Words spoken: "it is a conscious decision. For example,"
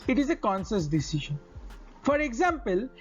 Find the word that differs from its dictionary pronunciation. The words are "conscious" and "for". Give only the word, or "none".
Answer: conscious